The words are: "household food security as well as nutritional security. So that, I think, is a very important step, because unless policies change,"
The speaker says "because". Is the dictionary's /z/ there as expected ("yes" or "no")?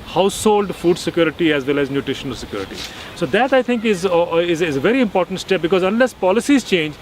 yes